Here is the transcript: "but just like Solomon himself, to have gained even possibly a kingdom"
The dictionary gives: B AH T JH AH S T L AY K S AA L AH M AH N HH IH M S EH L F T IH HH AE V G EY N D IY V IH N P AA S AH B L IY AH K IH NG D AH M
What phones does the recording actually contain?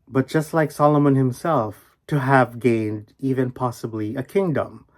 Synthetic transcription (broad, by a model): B AH T JH AH S T L AY K S AA L AH M AH N HH IH M S EH L F T IH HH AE V G EY N D IY V IH N P AA S AH B L IY AH K IH NG D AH M